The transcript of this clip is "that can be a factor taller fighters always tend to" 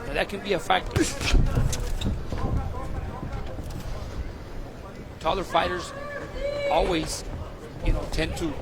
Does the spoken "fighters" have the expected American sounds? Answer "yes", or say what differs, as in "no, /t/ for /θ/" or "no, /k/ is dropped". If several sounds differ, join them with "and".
yes